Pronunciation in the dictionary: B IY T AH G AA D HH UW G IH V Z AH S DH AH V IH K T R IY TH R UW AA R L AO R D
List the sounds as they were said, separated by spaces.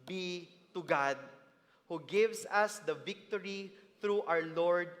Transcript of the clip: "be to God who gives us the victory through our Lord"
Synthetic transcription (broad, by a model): B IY T AH G AA D HH UW G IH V S AH S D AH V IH K T R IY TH R UW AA W L AO R D